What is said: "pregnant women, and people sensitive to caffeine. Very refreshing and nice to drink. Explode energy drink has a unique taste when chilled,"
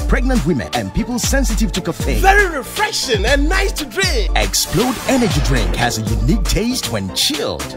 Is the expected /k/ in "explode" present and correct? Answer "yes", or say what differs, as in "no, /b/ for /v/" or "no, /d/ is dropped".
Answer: yes